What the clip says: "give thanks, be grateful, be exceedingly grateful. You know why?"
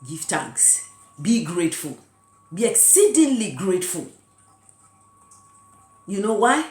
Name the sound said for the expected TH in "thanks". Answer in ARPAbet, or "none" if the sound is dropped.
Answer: T